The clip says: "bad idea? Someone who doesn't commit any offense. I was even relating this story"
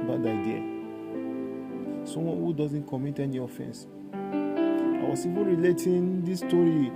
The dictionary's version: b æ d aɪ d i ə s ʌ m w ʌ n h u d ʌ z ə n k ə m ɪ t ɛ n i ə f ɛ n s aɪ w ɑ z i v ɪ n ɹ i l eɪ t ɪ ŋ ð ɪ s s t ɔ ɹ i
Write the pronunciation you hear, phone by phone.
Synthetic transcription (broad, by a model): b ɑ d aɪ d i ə s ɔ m w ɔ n h u d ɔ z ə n k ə m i t ɛ n i ə f ɛ n s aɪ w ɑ s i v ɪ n ɹ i l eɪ t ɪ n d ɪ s s t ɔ ɹ i